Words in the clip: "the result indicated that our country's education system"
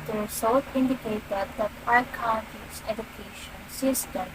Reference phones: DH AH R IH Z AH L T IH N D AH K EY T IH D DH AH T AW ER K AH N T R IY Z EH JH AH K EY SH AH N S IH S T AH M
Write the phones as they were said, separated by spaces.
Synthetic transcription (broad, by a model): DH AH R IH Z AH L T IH N D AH K EY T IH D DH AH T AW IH K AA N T IY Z EH JH AH K EY SH AH N S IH S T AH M